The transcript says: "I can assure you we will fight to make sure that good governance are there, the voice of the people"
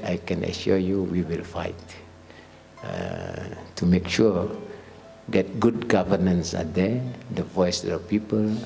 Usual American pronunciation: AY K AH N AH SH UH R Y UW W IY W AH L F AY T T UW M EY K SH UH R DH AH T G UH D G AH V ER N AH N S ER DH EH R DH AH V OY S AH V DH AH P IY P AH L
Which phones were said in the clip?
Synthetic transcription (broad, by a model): AY K AH N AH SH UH Y UW W IY W AH L F AY T T UW M EY K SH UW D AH T G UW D G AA V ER N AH N S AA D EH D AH V OY S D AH P IY P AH L